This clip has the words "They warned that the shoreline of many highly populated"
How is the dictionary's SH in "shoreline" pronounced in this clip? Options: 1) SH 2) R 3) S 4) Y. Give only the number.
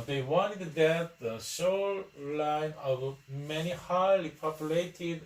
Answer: 3